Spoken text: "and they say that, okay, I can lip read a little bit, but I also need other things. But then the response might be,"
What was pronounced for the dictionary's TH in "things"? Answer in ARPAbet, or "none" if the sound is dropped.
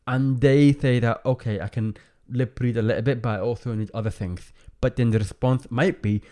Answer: TH